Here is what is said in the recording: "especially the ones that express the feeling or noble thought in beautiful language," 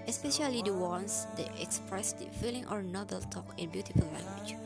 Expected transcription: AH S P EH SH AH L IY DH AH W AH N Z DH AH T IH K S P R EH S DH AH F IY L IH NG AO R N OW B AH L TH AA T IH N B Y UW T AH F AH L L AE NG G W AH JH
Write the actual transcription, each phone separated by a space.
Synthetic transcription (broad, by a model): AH S P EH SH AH L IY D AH W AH N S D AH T IH K S P R EH S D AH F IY L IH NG AO R N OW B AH L T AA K IH N B Y UW T AH F AH L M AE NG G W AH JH